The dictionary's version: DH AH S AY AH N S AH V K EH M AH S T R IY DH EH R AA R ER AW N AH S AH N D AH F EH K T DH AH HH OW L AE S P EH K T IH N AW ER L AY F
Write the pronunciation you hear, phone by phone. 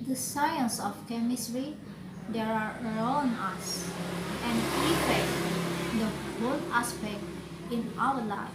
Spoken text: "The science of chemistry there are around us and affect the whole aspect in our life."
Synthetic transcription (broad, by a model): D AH S AY AH N S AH F K EH M AH S T R IY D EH R AA R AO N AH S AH N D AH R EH T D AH HH OW L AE S P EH K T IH N AW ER L AY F